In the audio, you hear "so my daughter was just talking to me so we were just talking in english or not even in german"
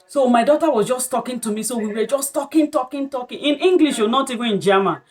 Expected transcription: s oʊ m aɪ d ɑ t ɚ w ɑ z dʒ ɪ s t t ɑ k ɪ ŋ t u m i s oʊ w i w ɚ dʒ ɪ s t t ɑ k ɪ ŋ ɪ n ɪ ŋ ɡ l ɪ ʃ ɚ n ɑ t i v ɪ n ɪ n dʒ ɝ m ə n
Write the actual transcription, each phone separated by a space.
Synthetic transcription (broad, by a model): s oʊ m aɪ d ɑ t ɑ w ɑ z dʒ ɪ s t t ɑ k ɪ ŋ t u m i s oʊ w i w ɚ dʒ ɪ s t t ɑ k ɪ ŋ ɪ n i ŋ ɡ l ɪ ʃ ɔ n ɑ t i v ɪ ɪ n dʒ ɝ m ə n